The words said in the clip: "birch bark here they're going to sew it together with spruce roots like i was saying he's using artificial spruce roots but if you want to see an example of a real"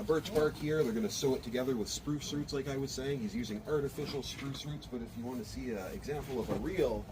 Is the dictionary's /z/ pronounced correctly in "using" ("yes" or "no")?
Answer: yes